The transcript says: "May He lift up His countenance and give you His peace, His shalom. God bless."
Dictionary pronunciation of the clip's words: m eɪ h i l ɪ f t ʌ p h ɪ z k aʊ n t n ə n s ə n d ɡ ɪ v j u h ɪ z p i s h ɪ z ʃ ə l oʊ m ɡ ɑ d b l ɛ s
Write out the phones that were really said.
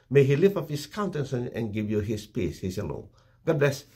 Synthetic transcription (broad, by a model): m eɪ h i l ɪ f ʌ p h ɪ s k aʊ n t ə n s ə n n ɡ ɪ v j u h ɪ s p i s h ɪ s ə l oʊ ɡ ɑ d b l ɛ s